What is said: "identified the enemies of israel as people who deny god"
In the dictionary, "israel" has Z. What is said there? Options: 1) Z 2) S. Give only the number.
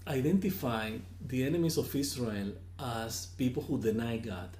2